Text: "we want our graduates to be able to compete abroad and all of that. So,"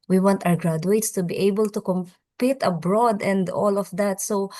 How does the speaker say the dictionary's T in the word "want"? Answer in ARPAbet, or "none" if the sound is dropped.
T